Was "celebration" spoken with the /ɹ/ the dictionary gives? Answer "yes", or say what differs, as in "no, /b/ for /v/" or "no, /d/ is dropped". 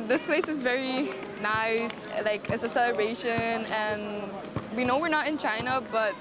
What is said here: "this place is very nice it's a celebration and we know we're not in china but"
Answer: no, /ɹ/ is dropped